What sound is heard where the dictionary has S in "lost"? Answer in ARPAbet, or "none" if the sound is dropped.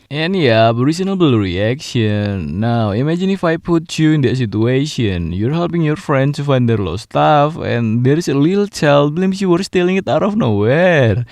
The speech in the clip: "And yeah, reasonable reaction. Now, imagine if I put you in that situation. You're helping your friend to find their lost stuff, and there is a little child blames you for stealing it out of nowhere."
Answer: none